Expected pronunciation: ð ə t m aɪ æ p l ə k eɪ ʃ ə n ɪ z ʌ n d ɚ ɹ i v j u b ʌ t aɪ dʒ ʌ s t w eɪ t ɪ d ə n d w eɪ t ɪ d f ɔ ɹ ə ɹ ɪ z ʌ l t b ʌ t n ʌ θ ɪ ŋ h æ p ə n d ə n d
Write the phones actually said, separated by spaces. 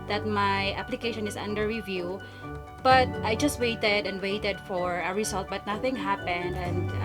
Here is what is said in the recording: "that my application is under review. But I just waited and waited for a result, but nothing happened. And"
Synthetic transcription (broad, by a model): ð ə t m aɪ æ p l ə k eɪ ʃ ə n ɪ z ʌ n d ɚ ɹ i v j u b ʌ t aɪ dʒ ʌ s t w eɪ t ɪ d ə n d w eɪ t ɪ d f ɔ ɹ ə ɹ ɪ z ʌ l t b ʌ t n ʌ θ ɪ ŋ h æ p ə n d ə n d